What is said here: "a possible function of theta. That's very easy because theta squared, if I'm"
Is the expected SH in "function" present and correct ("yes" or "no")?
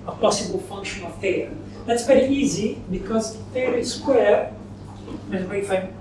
yes